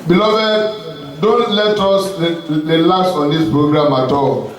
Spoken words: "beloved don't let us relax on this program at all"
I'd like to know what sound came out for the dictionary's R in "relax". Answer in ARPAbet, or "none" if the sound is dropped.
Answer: L